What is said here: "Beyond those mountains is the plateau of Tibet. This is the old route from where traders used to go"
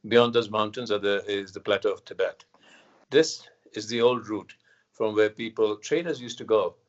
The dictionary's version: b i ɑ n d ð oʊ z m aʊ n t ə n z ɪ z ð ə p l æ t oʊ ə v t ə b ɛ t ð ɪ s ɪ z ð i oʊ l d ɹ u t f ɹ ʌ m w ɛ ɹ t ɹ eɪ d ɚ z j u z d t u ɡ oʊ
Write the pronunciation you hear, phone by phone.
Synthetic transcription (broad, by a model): b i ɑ n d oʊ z m aʊ n t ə n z ɪ z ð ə p l æ t oʊ ə v t ə b ɛ t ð ɪ s ɪ z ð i oʊ l d ɹ u t f ɹ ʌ m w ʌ l t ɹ eɪ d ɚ z j u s t u ɡ oʊ